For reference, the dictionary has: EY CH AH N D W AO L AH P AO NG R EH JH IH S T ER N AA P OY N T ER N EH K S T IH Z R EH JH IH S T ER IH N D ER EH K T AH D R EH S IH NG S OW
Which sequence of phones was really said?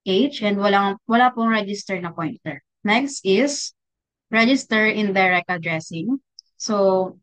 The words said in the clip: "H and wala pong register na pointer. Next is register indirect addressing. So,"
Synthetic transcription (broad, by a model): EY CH AH N D W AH L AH P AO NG R EH JH IH S T ER N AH P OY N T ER N EH K S T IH S R EH JH IH S T ER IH N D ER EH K AH D R EH S IH NG S OW